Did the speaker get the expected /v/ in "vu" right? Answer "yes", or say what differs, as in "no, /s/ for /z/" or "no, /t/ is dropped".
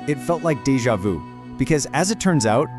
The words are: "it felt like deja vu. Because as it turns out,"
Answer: yes